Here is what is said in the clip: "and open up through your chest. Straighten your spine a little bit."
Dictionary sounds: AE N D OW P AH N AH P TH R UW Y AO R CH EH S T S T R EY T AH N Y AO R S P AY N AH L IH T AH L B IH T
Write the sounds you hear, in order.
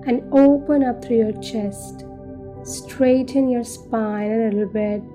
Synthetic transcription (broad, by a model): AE N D OW P AH N AH P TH R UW Y AO R CH EH S T S T R EY T AH N Y AO R S P AY L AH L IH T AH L B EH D